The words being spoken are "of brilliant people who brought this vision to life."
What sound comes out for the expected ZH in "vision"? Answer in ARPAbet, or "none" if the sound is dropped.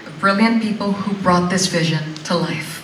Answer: ZH